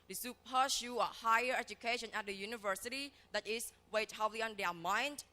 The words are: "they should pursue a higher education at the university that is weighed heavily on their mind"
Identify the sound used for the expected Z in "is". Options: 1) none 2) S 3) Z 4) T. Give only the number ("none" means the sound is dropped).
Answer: 2